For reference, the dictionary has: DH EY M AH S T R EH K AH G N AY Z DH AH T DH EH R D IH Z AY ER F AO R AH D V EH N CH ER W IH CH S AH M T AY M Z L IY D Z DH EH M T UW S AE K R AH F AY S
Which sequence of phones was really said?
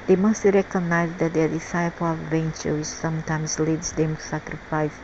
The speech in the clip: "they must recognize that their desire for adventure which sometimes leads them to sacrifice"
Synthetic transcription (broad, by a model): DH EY M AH S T R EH K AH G N AY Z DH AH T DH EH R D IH S AY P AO L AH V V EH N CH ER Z S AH M T AY M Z L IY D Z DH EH M T UW S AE K R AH F AY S